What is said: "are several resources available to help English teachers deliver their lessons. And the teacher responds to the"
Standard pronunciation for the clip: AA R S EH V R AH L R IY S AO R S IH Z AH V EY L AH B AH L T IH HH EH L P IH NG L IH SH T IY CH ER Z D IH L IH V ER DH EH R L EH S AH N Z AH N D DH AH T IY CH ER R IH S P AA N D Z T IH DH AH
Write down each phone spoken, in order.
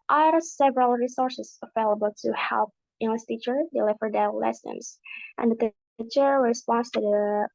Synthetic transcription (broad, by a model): AA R S EH V R AH L R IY S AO R S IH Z AH V EY L AH B AH L T IH HH EH L P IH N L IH S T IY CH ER D IH L IH V ER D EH L L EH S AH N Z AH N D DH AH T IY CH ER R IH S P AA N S T IH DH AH